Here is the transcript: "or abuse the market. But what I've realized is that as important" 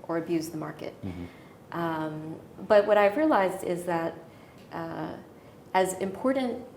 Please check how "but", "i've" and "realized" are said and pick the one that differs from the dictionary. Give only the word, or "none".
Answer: none